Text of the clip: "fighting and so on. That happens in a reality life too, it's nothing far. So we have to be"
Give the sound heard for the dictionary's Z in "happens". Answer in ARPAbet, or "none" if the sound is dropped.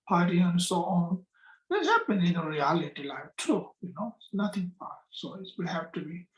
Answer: none